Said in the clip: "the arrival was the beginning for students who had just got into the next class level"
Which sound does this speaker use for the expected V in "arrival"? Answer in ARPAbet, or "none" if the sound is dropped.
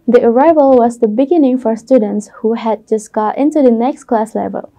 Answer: V